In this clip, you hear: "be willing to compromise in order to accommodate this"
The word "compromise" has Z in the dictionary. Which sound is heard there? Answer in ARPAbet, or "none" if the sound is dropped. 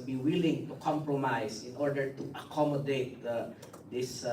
S